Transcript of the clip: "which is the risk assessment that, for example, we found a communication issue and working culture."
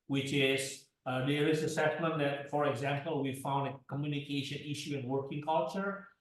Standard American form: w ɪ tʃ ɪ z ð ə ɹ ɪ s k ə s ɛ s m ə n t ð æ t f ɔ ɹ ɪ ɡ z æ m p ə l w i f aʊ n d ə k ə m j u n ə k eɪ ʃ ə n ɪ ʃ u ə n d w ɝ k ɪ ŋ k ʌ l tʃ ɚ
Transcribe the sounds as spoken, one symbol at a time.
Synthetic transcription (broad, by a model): w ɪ tʃ ɪ z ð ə ɹ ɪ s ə s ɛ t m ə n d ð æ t f ɔ ɹ ɪ ɡ z æ m p ə l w i f aʊ n d ə k ə m j u n ə k eɪ ʃ ə n ɪ ʃ u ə n w ɝ k ɪ ŋ k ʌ l tʃ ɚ